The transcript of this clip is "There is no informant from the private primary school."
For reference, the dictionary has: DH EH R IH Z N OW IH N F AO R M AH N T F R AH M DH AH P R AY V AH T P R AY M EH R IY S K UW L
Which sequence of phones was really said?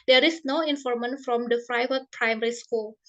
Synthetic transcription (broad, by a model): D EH R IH S N OW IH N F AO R M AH N F R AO M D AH F R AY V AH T P R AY M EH R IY S K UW L